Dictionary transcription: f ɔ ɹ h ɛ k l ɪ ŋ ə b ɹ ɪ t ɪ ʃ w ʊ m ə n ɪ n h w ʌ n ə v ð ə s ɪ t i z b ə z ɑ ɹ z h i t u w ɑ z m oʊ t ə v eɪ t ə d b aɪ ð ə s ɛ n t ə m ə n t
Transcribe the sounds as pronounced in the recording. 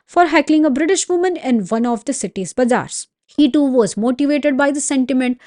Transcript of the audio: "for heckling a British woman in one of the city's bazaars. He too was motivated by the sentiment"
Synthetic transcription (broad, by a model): f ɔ ɹ h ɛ k l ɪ ŋ ə b ɹ ɪ t ɪ ʃ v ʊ m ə n ɪ n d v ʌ n ə v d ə s ɪ t i z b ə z ɑ ɹ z h i t u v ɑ z m oʊ t ə v eɪ t ə d b aɪ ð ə s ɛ n t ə m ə n t